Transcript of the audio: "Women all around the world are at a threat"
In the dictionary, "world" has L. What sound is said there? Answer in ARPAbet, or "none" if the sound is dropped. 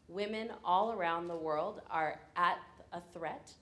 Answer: L